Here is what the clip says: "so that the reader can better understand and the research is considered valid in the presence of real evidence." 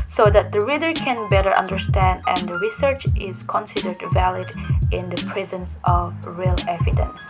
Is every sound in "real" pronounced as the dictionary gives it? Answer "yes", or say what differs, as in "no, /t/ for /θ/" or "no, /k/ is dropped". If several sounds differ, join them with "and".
yes